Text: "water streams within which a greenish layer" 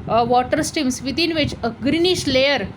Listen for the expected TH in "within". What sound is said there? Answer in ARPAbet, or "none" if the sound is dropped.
T